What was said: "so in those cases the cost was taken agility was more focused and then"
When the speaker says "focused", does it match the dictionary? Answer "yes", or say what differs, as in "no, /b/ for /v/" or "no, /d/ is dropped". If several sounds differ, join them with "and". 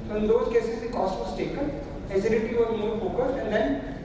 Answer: no, /s/ is dropped